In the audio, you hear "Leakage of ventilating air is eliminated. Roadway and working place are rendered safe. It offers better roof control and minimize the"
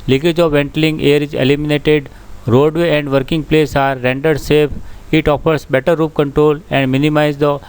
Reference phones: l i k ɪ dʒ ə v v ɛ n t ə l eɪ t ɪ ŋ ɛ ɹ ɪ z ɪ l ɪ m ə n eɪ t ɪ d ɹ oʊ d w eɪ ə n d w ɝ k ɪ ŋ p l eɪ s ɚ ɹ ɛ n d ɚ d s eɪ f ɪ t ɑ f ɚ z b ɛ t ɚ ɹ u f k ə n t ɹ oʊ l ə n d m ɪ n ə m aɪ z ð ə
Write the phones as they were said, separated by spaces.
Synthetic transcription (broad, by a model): l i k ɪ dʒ ə v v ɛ n t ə l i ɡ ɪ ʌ ɹ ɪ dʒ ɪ l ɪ m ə n eɪ t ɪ d ɹ oʊ d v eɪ ə n d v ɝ k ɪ ŋ p l eɪ s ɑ ɹ ɛ n d ɚ d s eɪ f ɪ t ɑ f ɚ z b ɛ t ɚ ɹ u p k ə n t ɹ oʊ l ə n d m ɪ n ə m aɪ z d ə